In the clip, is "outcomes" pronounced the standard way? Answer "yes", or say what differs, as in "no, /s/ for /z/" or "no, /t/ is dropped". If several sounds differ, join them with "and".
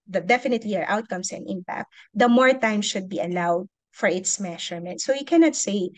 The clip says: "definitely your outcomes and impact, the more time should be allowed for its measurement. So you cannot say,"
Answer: no, /s/ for /z/